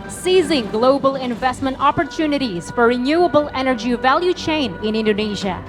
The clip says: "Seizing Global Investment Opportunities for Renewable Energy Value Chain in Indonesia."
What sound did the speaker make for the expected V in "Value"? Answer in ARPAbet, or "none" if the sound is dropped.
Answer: V